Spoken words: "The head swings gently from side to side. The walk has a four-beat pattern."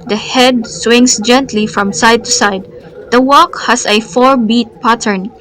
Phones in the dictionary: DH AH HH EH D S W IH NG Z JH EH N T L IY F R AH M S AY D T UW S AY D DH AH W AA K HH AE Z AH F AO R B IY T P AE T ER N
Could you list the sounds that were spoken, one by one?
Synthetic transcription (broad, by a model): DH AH HH EH D S W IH NG S JH EH N T L IY F R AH M S AY D T UW S AY D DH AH W AA K HH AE S AH F AO R B IY T P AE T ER N